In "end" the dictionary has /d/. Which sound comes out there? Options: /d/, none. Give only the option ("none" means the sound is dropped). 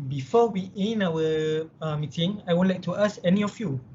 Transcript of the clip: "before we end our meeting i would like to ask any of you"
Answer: none